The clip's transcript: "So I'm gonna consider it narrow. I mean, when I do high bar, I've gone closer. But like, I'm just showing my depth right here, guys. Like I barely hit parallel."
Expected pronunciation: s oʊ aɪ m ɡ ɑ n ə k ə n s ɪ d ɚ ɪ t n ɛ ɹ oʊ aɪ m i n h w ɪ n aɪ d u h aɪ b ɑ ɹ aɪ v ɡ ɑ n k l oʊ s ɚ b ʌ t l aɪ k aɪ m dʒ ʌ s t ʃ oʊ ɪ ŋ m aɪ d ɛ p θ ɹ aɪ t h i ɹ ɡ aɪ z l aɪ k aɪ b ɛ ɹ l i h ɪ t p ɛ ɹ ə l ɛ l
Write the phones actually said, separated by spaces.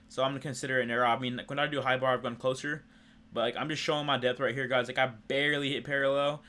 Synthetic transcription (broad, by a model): s oʊ aɪ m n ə k ə n s ɪ d ɚ ɪ t n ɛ ɹ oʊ aɪ m i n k w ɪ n aɪ d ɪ h aɪ b ɑ ɹ aɪ v ɡ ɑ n k l oʊ s ɚ b ʌ t l aɪ k aɪ m dʒ ʌ s t ʃ oʊ ɪ ŋ m aɪ d ɛ p θ ɹ aɪ t h i ɹ ɡ aɪ z l aɪ k aɪ b ɛ ɹ l i h ɪ t p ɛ ɹ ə l ɛ l